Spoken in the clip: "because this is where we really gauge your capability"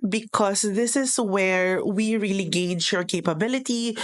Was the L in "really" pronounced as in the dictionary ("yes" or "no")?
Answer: yes